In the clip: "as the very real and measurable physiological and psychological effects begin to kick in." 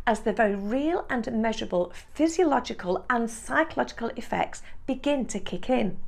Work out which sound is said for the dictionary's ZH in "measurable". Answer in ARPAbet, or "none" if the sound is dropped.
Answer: ZH